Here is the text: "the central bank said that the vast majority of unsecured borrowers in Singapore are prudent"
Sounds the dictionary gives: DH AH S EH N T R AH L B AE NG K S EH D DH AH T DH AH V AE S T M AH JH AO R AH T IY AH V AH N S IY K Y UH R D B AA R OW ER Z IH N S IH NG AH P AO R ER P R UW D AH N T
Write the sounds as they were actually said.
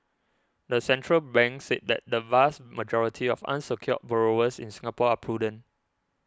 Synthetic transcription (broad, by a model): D AH S EH N T R AH L B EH NG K S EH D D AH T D AH V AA S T M AH JH AO R AH T IY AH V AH N S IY K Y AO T B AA R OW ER S IH N S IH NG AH P AO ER P R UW D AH N